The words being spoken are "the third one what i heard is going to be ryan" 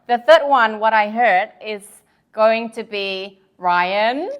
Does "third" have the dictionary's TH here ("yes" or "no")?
yes